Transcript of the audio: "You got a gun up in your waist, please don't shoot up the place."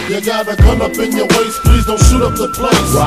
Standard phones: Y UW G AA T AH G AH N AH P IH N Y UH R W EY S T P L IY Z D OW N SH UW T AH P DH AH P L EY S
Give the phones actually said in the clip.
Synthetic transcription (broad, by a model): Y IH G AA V AH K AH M AH P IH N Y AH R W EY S P L IY Z D OW N SH UW T AH P DH AH P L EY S